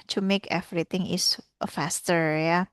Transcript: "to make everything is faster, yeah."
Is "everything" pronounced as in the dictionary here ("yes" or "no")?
no